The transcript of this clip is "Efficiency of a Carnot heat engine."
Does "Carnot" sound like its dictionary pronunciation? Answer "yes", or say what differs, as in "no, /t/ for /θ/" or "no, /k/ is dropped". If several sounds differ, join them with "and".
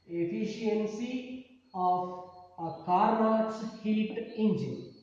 no, /n/ is dropped